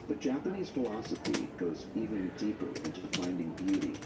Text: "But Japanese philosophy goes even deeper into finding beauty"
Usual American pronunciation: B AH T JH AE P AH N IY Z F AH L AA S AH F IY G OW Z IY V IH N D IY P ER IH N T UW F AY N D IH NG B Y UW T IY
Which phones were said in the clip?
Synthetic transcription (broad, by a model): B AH T JH AE P AH N IY Z F AH L AA S AH F IY G OW Z IY V IH N D IY P ER IH N T UW F AY N D IH NG B Y UW T IY